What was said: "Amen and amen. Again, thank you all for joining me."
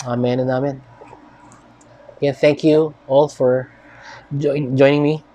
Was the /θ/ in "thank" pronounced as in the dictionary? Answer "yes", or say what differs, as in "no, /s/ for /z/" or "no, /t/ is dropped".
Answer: yes